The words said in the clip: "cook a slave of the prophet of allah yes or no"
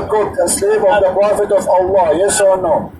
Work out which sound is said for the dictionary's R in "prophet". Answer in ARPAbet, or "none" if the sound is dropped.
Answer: R